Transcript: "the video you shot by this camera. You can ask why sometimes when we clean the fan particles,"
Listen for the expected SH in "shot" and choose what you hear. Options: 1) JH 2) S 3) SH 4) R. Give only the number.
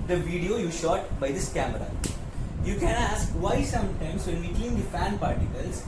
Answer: 3